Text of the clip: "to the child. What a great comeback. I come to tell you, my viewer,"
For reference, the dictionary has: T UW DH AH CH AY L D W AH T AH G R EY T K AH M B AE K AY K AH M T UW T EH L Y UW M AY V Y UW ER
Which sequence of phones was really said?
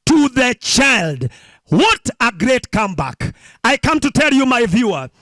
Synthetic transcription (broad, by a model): T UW DH AH CH AY L D W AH T AH G R EY T K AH M B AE K AY K AH M T UW T EH L Y UW M AY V Y UW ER